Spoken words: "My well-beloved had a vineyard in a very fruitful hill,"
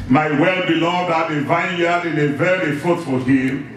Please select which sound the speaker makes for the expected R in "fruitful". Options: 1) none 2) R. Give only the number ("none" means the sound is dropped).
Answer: 1